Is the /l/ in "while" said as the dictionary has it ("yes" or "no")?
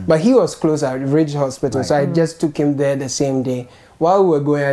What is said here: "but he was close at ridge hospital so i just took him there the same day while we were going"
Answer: yes